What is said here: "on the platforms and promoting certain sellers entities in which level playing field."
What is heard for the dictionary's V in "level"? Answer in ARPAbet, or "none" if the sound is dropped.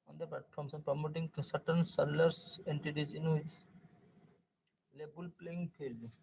B